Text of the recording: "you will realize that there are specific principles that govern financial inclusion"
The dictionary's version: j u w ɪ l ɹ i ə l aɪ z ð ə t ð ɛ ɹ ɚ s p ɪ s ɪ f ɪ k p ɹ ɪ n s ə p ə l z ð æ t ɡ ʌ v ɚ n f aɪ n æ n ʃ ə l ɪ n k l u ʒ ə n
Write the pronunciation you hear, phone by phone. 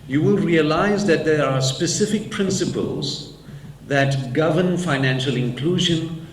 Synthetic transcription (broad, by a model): j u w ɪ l ɹ i ə l aɪ z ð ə t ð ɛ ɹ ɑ s p ɪ s ɪ f ɪ k p ɹ ɪ n s ə p ə l z ð æ t ɡ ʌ v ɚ n f aɪ n æ n ʃ ə l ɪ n k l u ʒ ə n